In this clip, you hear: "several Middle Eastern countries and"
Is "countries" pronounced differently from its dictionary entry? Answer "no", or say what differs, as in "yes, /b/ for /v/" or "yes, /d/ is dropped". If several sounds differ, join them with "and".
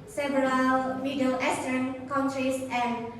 yes, /s/ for /z/